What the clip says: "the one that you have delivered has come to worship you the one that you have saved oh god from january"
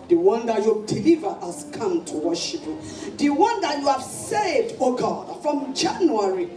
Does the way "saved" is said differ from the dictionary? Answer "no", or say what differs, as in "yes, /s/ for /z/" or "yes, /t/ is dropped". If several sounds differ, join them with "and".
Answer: yes, /v/ is dropped